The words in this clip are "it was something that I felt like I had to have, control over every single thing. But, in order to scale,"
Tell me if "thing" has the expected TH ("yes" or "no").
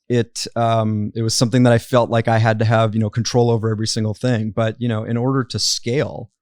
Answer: yes